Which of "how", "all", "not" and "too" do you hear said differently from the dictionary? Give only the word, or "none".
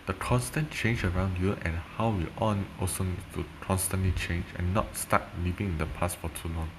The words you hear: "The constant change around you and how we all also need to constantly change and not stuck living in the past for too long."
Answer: all